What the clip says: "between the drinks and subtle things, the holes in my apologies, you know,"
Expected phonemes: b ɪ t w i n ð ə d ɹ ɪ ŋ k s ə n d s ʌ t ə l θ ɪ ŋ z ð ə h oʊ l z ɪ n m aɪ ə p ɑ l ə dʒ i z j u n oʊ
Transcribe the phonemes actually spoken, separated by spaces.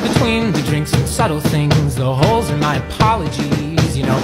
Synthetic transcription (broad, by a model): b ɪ t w i n ð ə d ɹ ɪ ŋ k s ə n s ʌ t l θ ɪ ŋ z ð ə h oʊ l z ɪ n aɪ ə p ɑ l ə dʒ i z j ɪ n oʊ